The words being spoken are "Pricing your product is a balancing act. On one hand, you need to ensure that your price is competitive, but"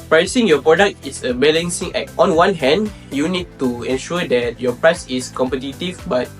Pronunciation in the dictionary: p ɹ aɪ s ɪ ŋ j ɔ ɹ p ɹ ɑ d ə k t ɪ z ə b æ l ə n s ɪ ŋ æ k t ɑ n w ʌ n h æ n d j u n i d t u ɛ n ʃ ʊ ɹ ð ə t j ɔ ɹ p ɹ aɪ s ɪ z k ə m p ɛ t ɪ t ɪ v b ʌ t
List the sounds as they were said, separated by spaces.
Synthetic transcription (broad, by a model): p ɹ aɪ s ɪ ŋ j ɔ p ɹ ɑ d ə k t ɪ s ə b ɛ l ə n s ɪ ŋ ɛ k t ɑ n w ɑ n h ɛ n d j u n i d t u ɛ n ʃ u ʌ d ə t j ɔ p ɹ aɪ s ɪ s k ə m p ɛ t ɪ t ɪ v b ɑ t